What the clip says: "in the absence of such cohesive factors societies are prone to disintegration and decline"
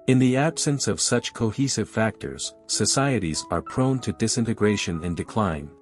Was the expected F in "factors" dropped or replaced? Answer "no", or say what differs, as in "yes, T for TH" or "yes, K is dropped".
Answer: no